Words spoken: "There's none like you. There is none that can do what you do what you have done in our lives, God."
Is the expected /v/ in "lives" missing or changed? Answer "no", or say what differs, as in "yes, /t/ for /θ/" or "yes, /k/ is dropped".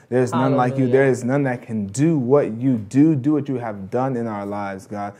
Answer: no